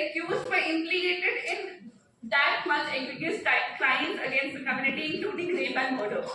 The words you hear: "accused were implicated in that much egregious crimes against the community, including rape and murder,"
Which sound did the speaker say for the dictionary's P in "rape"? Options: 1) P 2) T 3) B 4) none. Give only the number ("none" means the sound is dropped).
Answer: 3